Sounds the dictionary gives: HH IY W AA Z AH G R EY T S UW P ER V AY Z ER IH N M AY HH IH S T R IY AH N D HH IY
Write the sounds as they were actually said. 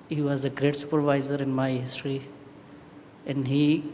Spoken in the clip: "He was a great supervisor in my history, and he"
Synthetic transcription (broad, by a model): HH IY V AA Z AH G R EY T S UW P ER V AY Z ER IH N M AY HH IH S T R IY AH N D HH IY